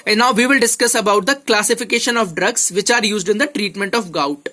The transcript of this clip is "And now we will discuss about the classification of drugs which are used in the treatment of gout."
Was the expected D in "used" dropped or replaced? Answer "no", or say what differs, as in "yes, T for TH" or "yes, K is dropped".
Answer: no